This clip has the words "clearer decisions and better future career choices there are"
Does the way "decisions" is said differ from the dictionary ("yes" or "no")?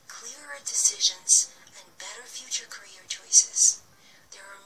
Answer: no